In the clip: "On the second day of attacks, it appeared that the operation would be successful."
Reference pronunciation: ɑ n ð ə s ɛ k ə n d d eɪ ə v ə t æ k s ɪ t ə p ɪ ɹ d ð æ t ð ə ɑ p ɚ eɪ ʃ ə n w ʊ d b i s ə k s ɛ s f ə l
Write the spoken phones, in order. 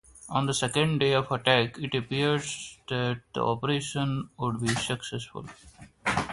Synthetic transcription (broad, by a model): ɑ n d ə s ɛ k ə n d d eɪ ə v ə t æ k ɪ t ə p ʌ ɹ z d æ t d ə ɑ p ɚ eɪ ʃ ə n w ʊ d b i s ə k s ɛ s f ə l